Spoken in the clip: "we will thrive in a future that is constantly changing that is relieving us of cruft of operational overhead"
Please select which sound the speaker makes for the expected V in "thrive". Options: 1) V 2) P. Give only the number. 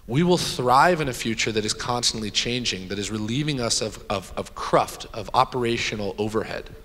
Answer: 1